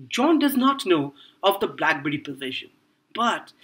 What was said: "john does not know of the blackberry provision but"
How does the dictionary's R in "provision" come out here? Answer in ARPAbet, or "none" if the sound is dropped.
none